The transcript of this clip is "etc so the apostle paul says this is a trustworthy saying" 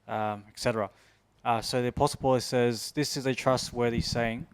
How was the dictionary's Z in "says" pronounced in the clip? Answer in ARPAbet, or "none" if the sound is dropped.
Z